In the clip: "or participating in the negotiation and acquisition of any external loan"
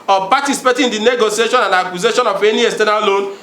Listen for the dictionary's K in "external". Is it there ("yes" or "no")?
no